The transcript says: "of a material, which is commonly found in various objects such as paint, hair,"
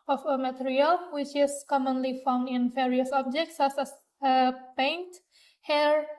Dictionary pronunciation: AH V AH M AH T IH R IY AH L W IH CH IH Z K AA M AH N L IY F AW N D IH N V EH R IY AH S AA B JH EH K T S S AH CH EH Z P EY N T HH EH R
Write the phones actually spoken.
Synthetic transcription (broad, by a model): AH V AH M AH T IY R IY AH L W IH CH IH S K AA M AH N L IY F AW N D IH N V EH R IY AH S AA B JH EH K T S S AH S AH P EY N T HH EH R